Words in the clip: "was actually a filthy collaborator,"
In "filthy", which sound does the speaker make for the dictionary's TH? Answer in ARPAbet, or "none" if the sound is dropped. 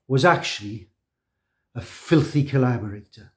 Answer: TH